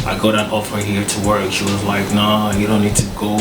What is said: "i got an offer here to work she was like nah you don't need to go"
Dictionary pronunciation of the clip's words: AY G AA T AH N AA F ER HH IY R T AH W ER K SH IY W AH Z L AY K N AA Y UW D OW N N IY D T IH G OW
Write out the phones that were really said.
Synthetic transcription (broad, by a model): AY G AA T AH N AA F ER HH IY R T AH W ER K SH IY W AH Z L AY K N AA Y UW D OW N N IY D T IH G OW